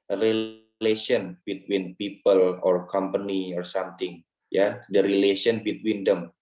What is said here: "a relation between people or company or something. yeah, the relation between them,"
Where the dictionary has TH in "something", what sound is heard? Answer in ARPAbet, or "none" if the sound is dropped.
T